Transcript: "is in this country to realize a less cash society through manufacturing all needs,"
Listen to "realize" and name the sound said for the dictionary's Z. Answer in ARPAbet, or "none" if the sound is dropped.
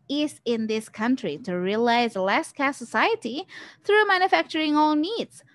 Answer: none